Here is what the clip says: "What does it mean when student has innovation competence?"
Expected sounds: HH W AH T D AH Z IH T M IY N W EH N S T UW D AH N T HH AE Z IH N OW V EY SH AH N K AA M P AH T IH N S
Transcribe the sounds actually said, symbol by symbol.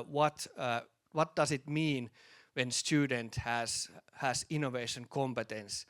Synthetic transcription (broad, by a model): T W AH T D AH S IH T M IY N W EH N S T UW D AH N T HH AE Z IH N OW V EY SH AH N K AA M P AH T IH N S